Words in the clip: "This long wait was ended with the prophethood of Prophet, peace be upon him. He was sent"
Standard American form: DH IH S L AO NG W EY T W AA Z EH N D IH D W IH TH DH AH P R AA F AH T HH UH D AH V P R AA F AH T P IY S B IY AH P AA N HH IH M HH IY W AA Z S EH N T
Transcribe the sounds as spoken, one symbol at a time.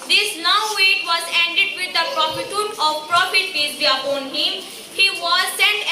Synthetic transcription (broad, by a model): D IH S N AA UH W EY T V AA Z EH N D IH D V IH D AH P R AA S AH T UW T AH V P R AA F AH T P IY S B IY AH P AA N HH IH M HH IY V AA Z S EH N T